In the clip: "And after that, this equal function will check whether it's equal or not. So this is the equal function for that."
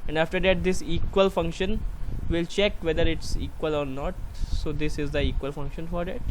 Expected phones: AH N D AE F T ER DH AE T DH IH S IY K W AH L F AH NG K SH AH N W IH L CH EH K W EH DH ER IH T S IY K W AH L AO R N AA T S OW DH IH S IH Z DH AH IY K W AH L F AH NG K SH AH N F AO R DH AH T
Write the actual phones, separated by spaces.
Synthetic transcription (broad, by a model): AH N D AE F T ER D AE T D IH S IY K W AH L F AH NG K SH AH N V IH L CH EH K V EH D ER IH T S IY K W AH L AO R N AA T S OW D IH S IH Z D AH IY K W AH L F AH NG K SH AH N F AO R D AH T